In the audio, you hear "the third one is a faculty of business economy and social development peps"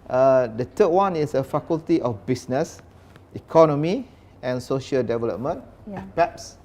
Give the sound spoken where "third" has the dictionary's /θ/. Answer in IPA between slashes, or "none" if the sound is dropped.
/t/